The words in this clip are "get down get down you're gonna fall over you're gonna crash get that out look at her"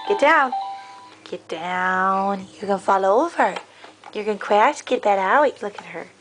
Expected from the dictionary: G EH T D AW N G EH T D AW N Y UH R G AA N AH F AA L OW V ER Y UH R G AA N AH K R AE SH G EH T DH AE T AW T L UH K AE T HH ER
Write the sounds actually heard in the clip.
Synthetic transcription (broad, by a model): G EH T D AW N G EH T D AW N Y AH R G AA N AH F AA L OW V ER Y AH R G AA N K W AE S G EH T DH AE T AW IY L UH K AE T HH ER